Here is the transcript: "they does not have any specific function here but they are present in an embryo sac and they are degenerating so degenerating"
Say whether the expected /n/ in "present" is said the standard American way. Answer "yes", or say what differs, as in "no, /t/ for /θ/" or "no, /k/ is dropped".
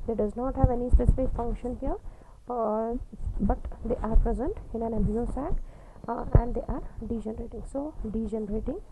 yes